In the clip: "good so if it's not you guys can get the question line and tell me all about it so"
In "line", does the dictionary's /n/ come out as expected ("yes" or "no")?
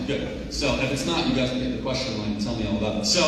no